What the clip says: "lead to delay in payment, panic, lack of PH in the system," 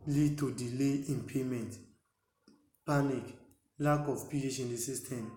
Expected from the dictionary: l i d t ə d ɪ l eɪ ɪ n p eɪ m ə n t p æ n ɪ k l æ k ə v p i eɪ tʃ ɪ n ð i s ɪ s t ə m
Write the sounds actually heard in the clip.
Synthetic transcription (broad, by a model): l i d t ə d ɪ l eɪ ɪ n p eɪ m ə n t p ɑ n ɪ k l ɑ k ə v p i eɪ ʃ ɪ n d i s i s t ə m